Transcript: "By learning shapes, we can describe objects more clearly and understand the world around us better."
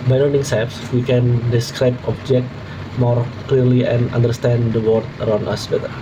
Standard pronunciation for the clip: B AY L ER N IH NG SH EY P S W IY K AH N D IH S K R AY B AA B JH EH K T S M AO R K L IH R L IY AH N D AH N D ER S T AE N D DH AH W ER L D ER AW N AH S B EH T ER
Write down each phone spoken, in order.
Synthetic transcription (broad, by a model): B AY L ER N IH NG S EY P S W IY K AH N D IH S K R AY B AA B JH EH K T M AO R K L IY R L IY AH N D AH N D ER S T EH N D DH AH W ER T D ER AW N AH S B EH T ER